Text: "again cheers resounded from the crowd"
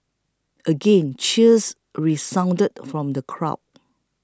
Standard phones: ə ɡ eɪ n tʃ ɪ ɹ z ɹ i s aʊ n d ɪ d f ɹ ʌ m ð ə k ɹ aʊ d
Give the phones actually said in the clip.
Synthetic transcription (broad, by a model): ə ɡ eɪ n tʃ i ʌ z ɹ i s aʊ n d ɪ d f ɹ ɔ m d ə k ɹ aʊ